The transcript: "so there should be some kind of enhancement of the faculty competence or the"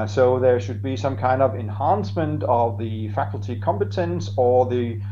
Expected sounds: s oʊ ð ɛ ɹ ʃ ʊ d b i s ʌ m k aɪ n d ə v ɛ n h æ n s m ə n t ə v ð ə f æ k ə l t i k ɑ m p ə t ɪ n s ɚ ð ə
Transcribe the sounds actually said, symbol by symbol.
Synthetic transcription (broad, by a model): s oʊ ð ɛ ɹ ʃ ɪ d b i s ʌ m k aɪ n d ə v ɛ n h æ n s m ə n t ə v ð ə f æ k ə l t i k ɑ m p ə t ɪ n s ɚ ð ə